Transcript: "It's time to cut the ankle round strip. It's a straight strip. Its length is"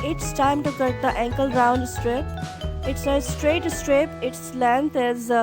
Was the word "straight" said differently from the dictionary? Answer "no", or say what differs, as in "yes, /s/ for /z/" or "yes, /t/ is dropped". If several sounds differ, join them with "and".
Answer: no